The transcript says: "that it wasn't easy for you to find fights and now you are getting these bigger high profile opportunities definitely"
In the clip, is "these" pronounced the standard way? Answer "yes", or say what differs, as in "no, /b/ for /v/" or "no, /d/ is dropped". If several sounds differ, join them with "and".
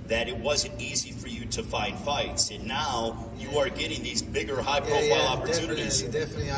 yes